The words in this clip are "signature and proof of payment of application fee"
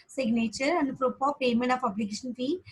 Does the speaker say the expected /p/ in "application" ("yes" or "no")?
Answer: no